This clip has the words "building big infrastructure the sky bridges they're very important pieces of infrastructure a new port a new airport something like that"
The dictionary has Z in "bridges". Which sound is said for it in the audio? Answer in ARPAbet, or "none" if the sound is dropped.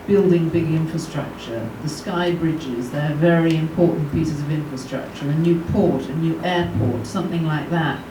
Z